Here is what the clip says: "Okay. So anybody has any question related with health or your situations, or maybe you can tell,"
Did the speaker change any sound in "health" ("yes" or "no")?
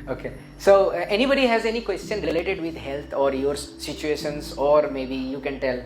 yes